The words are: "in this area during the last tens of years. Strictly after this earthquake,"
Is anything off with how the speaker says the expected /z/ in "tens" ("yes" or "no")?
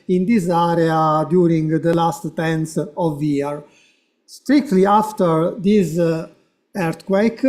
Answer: yes